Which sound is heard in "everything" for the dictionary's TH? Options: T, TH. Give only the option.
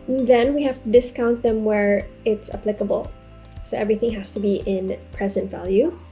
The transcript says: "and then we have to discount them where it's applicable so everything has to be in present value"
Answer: TH